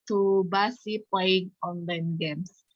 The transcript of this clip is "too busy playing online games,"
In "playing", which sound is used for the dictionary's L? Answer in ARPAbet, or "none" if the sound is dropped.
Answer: none